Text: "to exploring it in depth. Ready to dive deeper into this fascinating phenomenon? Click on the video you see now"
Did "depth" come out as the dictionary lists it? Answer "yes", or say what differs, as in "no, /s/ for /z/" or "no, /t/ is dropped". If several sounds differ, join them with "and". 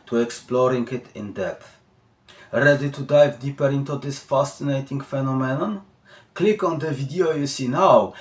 no, /p/ is dropped